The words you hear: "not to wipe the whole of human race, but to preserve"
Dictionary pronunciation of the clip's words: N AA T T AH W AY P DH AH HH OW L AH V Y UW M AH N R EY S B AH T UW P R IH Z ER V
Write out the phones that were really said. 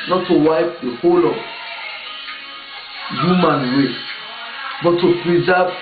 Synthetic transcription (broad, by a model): N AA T T AH W AY P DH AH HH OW L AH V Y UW M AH N W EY B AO T UW P R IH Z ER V